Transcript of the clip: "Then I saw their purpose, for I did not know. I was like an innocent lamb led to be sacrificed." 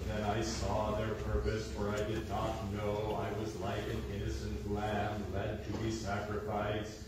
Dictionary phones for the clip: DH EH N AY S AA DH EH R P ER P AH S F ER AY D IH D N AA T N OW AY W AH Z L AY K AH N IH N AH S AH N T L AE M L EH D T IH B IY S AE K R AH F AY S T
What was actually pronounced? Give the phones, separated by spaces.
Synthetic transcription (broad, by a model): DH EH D AY S AA DH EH R P ER P AH S F ER AY D IH D N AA T N OW AY W AH Z L AY K AH N IH N AH S AH N T L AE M L EH D T IH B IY S AE K R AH F AY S